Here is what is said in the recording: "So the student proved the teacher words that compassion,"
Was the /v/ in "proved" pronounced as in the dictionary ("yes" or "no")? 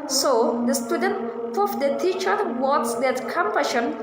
no